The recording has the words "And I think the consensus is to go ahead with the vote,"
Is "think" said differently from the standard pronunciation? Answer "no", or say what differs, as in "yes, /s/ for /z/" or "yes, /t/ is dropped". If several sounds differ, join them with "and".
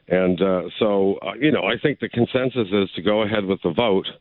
no